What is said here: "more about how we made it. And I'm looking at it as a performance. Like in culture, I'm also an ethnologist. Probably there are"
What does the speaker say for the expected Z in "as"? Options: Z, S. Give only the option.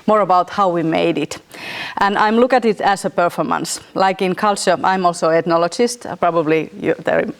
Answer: S